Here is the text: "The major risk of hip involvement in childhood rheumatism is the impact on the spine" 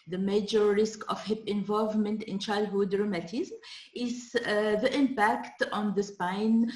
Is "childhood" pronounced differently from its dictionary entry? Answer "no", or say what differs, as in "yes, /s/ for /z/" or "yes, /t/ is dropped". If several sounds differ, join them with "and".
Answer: no